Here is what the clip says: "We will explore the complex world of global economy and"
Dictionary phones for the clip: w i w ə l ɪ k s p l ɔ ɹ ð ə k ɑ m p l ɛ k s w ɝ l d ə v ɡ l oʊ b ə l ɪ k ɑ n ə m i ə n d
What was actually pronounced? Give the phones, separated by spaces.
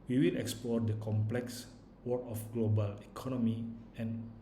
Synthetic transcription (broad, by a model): w i w ə l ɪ k s p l ɔ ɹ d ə k ɑ m p l ɛ k s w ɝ d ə f ɡ l oʊ b ə l ɪ k ɑ n ə m i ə n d